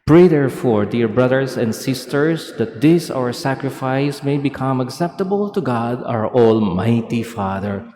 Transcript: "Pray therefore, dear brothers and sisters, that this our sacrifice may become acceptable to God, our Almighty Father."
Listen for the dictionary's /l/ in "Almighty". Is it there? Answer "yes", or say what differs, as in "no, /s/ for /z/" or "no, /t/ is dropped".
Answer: yes